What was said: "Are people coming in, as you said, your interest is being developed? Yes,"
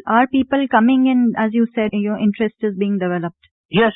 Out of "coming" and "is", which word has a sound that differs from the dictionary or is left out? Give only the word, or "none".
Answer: none